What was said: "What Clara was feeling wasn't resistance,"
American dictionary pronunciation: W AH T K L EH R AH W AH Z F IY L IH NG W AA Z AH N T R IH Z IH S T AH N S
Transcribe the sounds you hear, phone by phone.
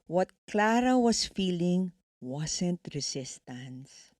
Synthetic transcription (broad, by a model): W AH T K L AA R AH W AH S F IY L IH NG W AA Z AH N T R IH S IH S T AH N S